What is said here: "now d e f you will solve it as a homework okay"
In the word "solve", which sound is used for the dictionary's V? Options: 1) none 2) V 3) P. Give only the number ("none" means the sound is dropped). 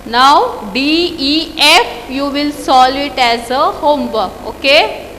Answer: 1